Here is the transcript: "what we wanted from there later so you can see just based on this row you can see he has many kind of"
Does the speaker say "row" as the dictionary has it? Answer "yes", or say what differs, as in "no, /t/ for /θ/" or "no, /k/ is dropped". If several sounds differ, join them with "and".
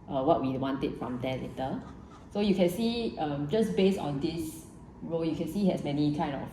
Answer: yes